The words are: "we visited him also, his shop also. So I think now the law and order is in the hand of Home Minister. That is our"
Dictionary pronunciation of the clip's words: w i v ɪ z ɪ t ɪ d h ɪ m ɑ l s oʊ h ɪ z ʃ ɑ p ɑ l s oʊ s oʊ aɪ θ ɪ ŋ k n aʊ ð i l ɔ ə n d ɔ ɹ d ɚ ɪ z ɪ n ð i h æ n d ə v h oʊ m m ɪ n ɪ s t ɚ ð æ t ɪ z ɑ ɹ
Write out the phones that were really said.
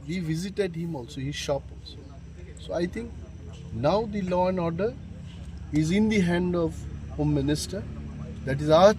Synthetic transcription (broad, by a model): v i v ɪ z ɪ t ɪ d h ɪ m ɑ l s oʊ h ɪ ʃ ɑ p ɑ l s oʊ s oʊ aɪ t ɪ ŋ k n aʊ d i l ɔ ə n d ɔ ɹ d ɚ ɪ z ɪ n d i h æ n d ə v h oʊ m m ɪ n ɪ s t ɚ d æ t ɪ z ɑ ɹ